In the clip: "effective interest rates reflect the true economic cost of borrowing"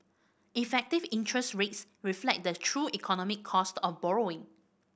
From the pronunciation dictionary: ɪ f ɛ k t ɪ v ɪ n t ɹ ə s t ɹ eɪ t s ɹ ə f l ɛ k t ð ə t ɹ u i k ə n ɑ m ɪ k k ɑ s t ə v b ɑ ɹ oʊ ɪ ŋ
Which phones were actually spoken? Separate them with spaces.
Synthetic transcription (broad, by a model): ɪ f ɛ k t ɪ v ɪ n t ɹ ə s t ɹ eɪ t s ɹ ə f l ɛ k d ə t ɹ u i k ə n ɑ m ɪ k k ɑ s t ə f b ɑ ɹ oʊ ɪ ŋ